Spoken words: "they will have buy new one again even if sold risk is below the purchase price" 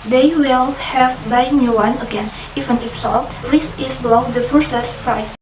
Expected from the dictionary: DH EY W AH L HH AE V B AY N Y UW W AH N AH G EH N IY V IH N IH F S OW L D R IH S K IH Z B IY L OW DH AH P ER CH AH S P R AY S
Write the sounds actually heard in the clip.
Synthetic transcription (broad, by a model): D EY W AH L HH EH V B AY N Y UW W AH N AH G EH N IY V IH N IH F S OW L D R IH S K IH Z B IY L OW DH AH F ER S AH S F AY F